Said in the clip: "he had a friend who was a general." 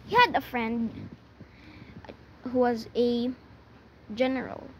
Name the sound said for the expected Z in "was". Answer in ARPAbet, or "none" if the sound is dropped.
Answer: Z